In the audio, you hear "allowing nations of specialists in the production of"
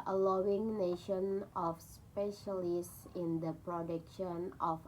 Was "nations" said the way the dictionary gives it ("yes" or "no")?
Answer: no